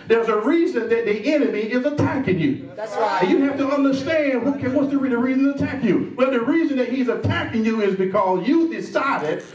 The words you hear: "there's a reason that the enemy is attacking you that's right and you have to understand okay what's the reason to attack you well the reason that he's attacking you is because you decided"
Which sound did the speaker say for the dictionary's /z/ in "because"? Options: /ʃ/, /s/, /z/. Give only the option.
/z/